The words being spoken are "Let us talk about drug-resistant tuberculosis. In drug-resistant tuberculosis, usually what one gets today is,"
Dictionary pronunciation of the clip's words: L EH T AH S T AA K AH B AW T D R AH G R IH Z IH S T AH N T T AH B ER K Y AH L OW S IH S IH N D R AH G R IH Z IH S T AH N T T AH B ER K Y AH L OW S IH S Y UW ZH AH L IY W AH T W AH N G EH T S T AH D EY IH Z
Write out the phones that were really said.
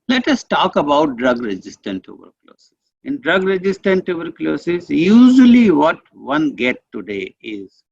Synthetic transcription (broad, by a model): L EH T AH S T AA K AH B AW T D R AH G R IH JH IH S T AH N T T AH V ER K L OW S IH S IH N D R AH G R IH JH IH S T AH N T T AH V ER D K L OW S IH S Y UW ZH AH L IY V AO T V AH N G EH T T AH D EY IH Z